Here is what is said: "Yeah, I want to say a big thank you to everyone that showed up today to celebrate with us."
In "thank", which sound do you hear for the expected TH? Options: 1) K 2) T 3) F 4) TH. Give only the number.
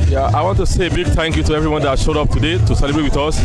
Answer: 2